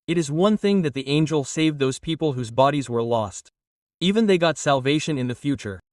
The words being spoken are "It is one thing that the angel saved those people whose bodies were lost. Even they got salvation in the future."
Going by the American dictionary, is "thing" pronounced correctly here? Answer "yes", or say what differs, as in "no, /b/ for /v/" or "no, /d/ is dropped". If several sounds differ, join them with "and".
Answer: yes